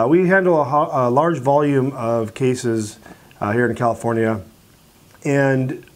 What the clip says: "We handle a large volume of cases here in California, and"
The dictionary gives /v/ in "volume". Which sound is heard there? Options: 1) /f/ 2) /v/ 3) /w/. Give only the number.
2